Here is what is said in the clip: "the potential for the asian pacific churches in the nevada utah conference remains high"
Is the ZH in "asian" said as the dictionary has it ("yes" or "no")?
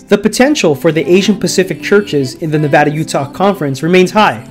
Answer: yes